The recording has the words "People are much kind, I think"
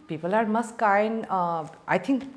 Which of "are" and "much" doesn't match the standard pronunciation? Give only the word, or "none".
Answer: much